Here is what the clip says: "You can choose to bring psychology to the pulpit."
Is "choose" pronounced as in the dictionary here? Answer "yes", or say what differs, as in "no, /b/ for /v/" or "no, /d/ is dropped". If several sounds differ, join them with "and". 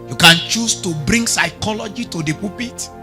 no, /s/ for /z/